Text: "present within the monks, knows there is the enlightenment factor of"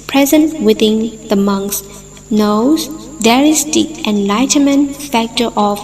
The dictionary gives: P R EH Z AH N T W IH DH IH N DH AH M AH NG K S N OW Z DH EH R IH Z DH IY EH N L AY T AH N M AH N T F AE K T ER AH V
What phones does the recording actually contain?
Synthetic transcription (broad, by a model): P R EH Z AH N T W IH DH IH N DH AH M AH NG K S N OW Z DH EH R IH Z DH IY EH N L AY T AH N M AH N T F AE K T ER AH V